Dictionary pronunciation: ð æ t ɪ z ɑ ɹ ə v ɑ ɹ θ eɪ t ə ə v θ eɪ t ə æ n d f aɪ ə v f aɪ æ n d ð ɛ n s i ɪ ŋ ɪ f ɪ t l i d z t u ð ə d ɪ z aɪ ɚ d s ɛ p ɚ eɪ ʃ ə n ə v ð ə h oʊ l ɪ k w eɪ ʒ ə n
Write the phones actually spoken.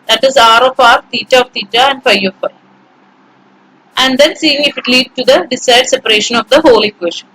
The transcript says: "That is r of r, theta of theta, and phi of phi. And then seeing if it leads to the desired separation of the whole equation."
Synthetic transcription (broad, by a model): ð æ t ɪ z ɑ ɹ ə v ɑ ɹ t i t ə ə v t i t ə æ n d f aɪ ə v f aɪ æ n d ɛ n s i ɪ ŋ ɪ f ɪ t l i d t u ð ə d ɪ s aɪ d s ɛ p ɚ eɪ ʃ ə n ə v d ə h oʊ l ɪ k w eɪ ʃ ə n